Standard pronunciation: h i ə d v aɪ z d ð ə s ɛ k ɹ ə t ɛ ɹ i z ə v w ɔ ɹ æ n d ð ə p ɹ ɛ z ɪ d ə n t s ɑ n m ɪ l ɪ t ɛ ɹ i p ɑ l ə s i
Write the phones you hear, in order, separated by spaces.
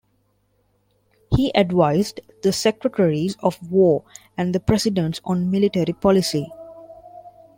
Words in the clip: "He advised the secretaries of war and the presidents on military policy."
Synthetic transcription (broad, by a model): h i ə d v aɪ z d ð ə s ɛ k ɹ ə t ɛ ɹ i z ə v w ɔ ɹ æ n d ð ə p ɹ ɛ s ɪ d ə n t s ɑ n m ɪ l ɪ t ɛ ɹ i p ɑ l ə s i